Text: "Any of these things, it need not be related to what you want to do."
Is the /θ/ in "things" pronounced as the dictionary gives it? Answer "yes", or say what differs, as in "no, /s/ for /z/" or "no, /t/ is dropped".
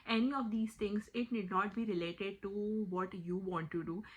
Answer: no, /t/ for /θ/